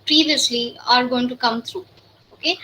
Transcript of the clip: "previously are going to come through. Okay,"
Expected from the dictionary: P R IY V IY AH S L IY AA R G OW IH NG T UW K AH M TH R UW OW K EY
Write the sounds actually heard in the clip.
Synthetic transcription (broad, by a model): P R IY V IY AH S L IY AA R G OW IH NG T UW K AH M T R UW OW K EY